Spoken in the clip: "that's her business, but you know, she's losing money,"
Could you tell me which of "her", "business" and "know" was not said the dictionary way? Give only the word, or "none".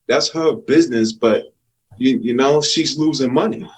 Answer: none